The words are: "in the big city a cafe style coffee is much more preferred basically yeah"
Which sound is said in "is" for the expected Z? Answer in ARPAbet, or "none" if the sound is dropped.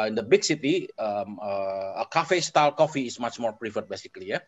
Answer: S